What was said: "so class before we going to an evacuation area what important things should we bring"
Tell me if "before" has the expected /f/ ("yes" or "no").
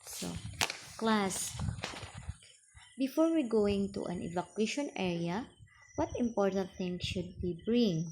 yes